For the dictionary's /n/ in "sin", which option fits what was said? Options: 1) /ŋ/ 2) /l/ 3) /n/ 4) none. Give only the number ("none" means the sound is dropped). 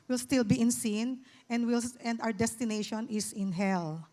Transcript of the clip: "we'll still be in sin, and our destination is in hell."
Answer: 2